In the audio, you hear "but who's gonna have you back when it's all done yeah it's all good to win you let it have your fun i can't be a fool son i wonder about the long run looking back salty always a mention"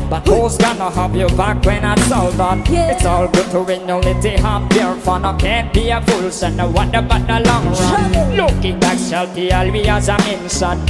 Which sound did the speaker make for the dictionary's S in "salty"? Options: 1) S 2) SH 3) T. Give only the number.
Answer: 2